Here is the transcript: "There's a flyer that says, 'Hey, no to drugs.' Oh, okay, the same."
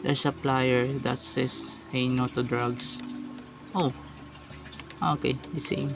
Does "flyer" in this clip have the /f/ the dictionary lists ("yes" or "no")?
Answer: no